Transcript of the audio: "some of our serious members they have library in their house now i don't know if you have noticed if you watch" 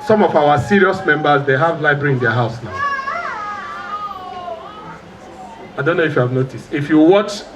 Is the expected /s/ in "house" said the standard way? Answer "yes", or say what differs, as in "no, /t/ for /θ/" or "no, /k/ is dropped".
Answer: yes